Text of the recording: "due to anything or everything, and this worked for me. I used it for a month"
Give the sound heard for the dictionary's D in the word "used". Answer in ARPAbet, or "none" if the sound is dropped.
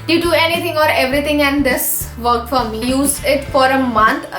none